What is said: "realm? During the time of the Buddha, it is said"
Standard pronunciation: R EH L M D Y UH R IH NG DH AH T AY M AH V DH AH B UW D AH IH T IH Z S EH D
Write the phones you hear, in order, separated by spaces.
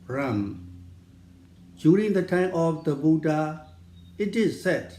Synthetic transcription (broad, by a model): R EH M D Y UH R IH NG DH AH T AY M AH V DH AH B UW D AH IH T IH Z S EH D